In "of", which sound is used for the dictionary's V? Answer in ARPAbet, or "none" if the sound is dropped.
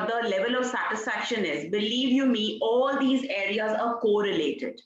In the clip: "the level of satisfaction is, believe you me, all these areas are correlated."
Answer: V